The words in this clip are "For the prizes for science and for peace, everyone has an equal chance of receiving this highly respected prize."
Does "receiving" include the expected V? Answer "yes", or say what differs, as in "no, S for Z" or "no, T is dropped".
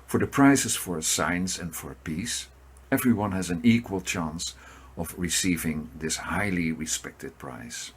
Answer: yes